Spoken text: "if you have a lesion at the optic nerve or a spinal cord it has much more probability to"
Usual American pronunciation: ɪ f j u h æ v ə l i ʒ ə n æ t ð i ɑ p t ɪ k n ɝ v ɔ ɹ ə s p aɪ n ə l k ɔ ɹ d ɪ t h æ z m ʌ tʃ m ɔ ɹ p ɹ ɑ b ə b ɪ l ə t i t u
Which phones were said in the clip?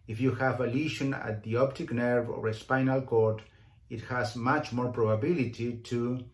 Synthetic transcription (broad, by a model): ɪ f j u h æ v ə l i ʃ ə n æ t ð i ɑ p t ɪ k n ɝ v ɔ ɹ ə s p aɪ n ə l k ɔ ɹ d ɪ t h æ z m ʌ tʃ m ɔ ɹ p ɹ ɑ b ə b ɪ l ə t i t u